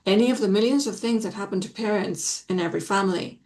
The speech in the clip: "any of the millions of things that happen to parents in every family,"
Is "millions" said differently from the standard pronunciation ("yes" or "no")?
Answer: no